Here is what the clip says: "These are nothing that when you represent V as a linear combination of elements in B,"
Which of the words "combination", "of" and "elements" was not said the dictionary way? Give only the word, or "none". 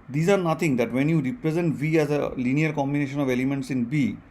none